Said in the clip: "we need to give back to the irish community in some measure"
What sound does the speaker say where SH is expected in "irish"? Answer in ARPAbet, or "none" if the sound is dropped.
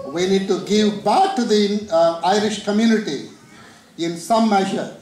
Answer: SH